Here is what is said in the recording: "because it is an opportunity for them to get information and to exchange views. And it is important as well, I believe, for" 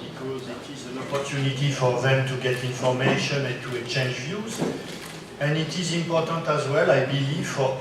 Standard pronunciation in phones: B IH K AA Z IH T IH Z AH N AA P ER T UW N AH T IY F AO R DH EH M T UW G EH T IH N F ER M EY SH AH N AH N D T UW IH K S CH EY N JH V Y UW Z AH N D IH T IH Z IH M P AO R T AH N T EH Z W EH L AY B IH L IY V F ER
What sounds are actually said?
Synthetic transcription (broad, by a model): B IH K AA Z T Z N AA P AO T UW N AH T IY F AO R DH EH M T UW G EH T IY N F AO M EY SH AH N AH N T UW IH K CH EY N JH V Y UW Z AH N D IH T IH Z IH M P AO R T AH N T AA Z W EH L AY B IH L IY V F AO